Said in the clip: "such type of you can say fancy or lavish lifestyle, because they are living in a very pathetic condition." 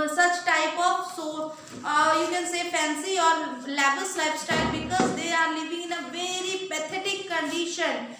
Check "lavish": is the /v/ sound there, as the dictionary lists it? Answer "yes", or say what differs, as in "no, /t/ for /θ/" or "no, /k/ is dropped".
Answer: no, /b/ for /v/